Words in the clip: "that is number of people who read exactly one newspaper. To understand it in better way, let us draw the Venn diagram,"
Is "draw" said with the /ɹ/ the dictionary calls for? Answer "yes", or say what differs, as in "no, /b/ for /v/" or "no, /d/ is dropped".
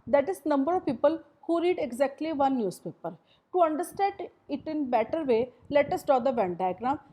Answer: no, /ɹ/ is dropped